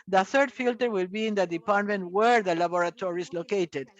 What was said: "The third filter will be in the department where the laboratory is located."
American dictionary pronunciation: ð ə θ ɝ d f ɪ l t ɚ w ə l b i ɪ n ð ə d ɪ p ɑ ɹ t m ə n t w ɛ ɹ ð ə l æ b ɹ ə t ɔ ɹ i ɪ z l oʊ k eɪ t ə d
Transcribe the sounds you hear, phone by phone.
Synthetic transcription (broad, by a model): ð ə θ ɝ d f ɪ l t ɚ w ə l b i ɪ n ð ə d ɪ p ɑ ɹ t m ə n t w ɛ ɹ ð ə l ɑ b ɹ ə t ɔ ɹ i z l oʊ k eɪ t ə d